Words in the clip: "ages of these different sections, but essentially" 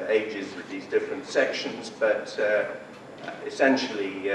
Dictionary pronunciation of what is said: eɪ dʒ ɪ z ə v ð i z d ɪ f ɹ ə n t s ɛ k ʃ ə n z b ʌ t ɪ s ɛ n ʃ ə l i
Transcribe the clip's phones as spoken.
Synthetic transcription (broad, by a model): eɪ dʒ ɪ z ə ð i z d ɪ f ɹ ə n t s ɛ k ʃ ə n z b ʌ t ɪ s ɛ n ʃ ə l i